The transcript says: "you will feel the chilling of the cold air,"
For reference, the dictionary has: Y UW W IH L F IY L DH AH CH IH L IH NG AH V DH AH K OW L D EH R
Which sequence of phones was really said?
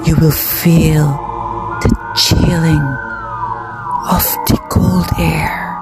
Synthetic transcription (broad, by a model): Y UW W IH L F IY L DH AH CH IH L IH NG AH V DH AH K OW L D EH R